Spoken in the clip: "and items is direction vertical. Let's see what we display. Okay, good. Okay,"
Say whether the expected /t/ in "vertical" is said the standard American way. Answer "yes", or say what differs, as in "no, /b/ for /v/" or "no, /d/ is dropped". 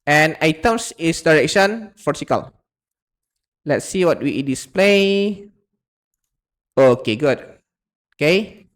no, /s/ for /t/